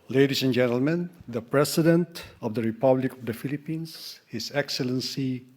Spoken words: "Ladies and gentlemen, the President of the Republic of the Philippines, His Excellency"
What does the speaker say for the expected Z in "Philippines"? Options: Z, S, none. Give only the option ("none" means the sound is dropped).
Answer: S